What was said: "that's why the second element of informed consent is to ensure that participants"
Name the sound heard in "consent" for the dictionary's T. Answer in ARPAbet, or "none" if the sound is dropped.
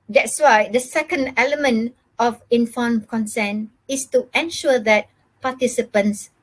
none